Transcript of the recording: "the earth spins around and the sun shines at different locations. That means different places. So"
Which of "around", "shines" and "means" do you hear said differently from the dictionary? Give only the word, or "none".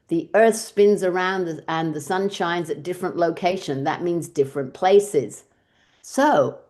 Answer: none